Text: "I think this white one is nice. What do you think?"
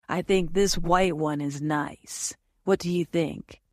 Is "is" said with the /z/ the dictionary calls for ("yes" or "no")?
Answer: yes